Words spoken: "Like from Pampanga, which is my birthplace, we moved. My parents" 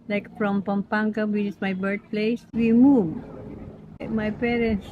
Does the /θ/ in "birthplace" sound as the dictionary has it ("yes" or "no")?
no